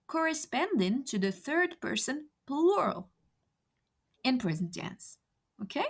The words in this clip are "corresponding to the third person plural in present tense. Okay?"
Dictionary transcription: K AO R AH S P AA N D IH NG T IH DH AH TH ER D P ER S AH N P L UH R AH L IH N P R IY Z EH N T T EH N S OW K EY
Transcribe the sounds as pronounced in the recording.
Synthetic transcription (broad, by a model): K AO R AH S P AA N D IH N T IH DH AH TH ER D P ER S AH N P L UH R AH L IH N P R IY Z N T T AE N S OW K EY